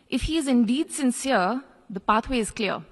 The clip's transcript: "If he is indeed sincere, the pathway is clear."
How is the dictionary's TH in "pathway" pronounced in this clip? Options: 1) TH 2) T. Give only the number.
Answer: 2